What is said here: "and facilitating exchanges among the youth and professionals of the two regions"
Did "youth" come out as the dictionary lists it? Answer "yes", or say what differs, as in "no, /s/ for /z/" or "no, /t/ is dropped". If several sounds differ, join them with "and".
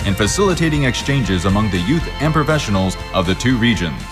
yes